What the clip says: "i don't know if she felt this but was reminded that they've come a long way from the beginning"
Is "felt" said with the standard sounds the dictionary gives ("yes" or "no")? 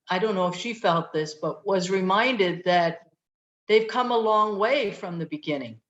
yes